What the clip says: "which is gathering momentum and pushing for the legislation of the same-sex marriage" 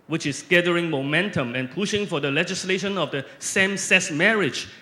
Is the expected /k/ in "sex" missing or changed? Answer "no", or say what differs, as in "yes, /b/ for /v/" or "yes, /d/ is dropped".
yes, /k/ is dropped